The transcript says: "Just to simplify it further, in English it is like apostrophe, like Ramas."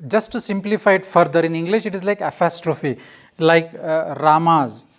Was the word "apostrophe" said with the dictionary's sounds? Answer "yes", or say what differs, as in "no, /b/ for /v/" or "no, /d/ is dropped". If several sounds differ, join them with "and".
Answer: yes